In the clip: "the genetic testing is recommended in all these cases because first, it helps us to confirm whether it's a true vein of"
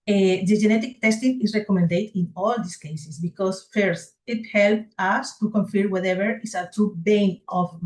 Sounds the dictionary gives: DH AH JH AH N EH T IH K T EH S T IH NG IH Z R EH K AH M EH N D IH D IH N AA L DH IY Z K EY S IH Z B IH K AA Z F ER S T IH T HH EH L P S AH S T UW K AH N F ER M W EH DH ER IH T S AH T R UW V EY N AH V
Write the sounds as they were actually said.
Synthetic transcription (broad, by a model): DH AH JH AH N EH T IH K T EH S T IH NG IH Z R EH K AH M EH N D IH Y IH N AA L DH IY S K EY S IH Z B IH K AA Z F ER S T IH T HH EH L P AH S T UW K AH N F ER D W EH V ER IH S AH T R UW B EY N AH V